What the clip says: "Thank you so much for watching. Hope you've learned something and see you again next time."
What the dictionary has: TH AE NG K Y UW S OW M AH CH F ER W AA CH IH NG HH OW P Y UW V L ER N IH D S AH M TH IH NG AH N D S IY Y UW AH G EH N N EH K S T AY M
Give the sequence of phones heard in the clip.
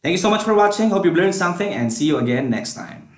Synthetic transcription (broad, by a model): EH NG K Y UW S OW M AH CH F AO W AA CH IH NG HH OW P Y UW B L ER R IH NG S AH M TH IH NG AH N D S IY Y UW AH G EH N N EH K S T AY M